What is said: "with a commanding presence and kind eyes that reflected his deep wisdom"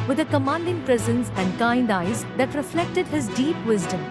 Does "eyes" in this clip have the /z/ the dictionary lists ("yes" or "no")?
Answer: yes